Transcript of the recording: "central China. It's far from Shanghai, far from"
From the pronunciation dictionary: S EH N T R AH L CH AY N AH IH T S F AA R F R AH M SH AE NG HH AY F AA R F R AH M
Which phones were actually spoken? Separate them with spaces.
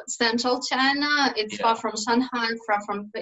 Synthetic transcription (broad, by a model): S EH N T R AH L CH AY N AH IH T S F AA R F R AH M S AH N HH AY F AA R F R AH M